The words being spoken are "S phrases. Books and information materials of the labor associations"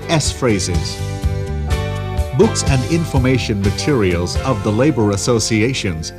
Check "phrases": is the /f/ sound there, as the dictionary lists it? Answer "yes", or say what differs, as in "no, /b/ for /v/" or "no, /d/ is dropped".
yes